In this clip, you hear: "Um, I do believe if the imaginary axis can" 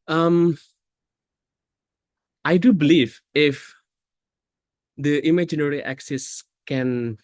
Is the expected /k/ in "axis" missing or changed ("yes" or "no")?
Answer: no